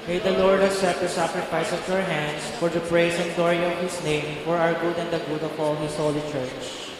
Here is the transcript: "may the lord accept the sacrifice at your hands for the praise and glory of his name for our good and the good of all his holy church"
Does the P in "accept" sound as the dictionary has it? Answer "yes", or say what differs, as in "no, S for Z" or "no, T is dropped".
no, P is dropped